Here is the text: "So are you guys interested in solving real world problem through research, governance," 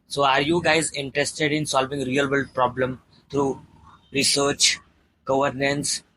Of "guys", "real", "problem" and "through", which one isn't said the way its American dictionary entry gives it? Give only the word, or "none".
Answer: through